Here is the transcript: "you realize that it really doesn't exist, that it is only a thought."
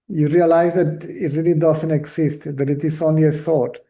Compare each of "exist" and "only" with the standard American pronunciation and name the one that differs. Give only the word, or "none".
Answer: exist